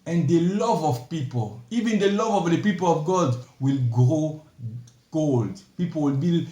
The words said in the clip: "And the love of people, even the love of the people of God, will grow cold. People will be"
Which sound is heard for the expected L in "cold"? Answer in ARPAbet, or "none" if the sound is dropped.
L